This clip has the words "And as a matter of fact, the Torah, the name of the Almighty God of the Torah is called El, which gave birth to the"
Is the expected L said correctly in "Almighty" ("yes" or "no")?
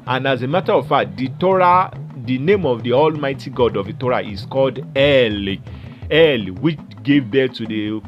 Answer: yes